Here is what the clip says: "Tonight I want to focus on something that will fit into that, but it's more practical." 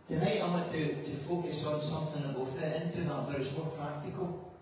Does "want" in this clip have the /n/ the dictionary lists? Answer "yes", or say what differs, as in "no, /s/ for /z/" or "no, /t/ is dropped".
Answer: no, /n/ is dropped